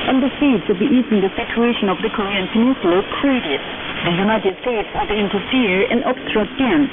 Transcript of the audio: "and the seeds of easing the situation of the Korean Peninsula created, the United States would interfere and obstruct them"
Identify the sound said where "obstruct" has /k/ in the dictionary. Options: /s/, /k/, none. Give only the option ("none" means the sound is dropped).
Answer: none